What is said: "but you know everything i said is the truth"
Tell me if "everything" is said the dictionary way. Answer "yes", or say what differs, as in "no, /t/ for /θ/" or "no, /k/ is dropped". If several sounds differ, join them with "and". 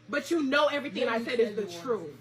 yes